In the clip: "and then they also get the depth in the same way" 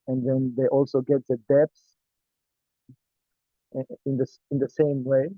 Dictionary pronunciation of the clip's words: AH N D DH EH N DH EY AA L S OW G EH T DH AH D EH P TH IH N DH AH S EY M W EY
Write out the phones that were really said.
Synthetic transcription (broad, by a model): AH N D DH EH N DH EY AA L S OW G EH T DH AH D EH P S IH N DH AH S EY M W EY